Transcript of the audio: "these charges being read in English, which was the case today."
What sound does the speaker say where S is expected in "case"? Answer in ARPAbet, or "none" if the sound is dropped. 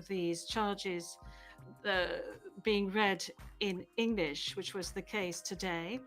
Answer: S